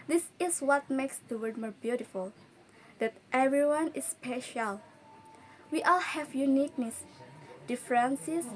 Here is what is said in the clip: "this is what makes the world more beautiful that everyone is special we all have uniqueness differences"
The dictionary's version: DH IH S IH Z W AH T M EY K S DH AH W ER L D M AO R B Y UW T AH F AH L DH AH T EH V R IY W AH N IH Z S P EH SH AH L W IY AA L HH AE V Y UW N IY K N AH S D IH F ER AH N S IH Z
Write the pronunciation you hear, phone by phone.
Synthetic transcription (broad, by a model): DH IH S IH S W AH T M EY K S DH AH W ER D M AO R B Y UW T AH F AH L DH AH T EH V R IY W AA N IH S P EH SH AH L W IY AA L HH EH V Y UW N IY K N AH S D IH F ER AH N S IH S